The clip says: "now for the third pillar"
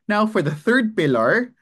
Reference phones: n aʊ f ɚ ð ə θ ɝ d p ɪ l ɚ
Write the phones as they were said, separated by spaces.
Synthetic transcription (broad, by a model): n aʊ f ɚ ð ə θ ɝ d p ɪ l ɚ